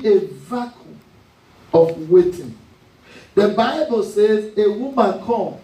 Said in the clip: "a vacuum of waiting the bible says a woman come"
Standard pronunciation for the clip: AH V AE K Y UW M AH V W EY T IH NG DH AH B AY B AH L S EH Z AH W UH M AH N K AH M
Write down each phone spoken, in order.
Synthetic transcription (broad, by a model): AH V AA K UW AH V W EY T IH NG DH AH B AY B AH L S EH Z AH W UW M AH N K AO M